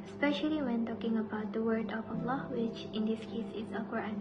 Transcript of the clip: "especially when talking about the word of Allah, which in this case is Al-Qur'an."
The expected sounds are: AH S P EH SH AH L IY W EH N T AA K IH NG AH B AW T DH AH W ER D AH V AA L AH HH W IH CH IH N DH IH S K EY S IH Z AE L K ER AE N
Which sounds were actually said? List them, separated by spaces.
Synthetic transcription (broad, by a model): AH S P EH SH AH L IY W EH N T AA K IH NG AH B AW T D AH W ER D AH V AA L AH HH W IH CH IH N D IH S K EY S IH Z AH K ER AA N